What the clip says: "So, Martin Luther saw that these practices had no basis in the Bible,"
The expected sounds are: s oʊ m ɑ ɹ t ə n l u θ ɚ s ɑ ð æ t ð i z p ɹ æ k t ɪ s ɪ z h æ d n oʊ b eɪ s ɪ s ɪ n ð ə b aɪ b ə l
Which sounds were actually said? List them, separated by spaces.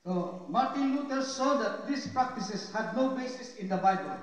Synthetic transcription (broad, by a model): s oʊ m ɑ ɹ t ə n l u t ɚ s ɑ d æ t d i s p ɹ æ k t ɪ s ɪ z h æ d n oʊ b eɪ s ɪ s ɪ n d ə b aɪ b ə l